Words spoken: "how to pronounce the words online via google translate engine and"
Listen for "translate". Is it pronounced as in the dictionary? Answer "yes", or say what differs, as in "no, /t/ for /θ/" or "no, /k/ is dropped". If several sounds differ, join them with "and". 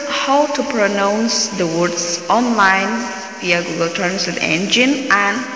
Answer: no, /l/ is dropped